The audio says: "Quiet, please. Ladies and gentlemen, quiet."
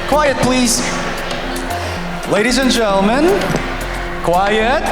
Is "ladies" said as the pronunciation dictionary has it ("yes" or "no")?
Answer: yes